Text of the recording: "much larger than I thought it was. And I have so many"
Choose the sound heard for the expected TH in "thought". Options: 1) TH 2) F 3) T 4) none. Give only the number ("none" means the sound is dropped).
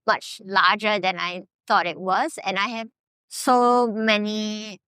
3